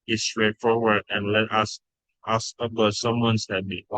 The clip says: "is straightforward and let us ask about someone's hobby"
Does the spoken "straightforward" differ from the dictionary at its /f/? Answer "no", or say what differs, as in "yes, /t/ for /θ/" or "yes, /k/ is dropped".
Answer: no